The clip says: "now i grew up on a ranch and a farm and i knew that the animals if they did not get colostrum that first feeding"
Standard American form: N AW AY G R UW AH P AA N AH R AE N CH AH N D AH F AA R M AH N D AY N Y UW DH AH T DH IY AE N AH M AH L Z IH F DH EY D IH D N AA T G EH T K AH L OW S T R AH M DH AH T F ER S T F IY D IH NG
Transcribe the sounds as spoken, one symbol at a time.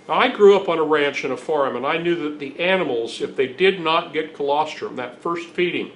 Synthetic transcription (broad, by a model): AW AY G R UW AH P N AH R AE N CH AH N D AH F AA R M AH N AY N Y UW DH AH T DH IY AE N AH M L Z IH F DH EY D IH D N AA T G EH T K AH L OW S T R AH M DH AH T F ER S T F IY D IH NG